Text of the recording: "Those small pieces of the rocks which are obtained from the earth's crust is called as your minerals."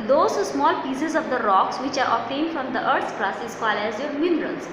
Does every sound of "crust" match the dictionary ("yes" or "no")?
no